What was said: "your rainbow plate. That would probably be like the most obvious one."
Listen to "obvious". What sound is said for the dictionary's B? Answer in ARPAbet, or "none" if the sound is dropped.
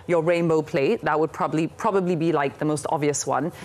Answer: none